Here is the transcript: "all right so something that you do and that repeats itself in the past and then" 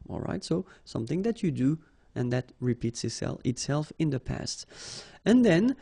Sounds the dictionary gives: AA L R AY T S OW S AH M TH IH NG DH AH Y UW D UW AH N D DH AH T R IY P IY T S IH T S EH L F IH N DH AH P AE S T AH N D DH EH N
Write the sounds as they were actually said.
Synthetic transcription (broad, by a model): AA L R AY T S OW S AH M TH IH NG DH AH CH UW D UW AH N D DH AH T R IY P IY T S IH T S EH L F IH N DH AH P AE S T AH N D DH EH N